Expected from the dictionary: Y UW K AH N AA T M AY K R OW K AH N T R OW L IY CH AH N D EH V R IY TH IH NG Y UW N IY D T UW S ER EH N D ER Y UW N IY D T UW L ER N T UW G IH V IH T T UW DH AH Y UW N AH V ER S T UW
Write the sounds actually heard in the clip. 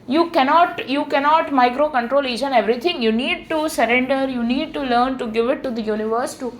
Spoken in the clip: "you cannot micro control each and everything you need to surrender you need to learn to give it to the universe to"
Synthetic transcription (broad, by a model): Y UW K AH N AA T M AY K R OW K AH N T R OW L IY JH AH N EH V R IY T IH NG Y UW N IY D T UW S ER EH N D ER Y UW N IY D T UW L ER N T UW G IH V IH T T UW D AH Y UW N AH V ER S T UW